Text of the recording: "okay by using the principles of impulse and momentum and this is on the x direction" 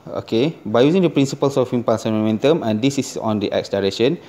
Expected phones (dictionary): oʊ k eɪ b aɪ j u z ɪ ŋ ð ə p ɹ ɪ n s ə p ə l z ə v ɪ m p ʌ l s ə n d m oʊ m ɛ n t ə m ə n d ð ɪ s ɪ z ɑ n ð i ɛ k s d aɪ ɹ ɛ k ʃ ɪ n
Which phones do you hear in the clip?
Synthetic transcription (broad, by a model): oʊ k eɪ b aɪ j u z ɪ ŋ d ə p ɹ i n s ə p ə l s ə f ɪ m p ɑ s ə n m oʊ m ɛ n t ə m ə n d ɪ s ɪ s ɑ n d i ɛ k s d aɪ ɹ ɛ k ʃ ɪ n